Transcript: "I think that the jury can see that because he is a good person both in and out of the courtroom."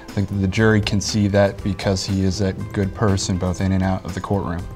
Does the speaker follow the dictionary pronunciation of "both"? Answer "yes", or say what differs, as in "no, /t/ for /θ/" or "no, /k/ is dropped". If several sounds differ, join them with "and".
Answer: yes